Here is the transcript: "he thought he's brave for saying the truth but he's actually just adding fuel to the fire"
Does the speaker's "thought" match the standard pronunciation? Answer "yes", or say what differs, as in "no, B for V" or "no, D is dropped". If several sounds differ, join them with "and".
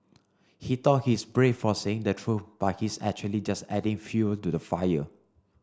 no, T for TH